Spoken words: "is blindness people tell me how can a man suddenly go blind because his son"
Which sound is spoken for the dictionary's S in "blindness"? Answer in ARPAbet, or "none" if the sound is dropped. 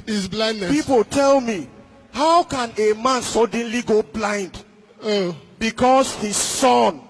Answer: none